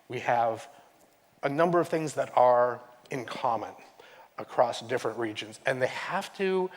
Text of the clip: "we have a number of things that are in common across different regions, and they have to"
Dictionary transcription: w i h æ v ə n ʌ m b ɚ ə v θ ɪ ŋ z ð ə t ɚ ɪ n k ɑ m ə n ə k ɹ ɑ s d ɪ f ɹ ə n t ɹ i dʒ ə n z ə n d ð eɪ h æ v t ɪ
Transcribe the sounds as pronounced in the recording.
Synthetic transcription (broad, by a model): w i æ v ə n ʌ m b ɚ ə v θ ɪ ŋ z ð ə t ɚ ɪ n k ɑ m ə n ə k ɹ ɑ s d ɪ f ɹ ə n t ɹ i dʒ ə n z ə n ð eɪ h æ f t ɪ